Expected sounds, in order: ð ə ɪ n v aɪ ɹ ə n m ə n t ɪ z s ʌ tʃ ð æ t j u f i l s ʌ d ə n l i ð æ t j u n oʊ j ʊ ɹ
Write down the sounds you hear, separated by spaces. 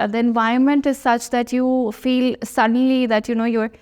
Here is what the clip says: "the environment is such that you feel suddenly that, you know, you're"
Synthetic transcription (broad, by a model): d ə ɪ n v aɪ ə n m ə n t ɪ z s ʌ tʃ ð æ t j u f i l s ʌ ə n l i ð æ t j u n oʊ j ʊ ɹ